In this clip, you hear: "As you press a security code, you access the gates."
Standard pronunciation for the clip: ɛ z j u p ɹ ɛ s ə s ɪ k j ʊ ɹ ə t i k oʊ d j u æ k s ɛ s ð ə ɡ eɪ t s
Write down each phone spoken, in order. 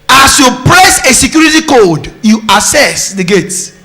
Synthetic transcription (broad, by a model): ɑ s j u p ɹ ɛ s ə s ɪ k j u ɹ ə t i k oʊ d j u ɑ s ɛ s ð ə ɡ eɪ t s